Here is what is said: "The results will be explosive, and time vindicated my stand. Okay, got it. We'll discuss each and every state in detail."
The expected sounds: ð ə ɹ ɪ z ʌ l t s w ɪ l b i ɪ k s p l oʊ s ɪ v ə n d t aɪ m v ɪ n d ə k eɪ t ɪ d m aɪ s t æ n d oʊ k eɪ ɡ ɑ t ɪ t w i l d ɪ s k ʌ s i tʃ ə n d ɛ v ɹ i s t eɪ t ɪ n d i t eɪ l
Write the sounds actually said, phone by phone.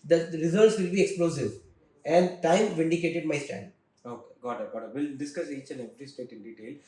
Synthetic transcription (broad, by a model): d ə ɹ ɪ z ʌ t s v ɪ l b i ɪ k s p l oʊ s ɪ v ə n d t aɪ m v ɪ n d ə k eɪ t ɪ d m aɪ s t æ n d oʊ k eɪ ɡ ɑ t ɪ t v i l d ɪ s k ʌ s i tʃ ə n ɛ v ɹ i s t eɪ t ɪ n d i t eɪ l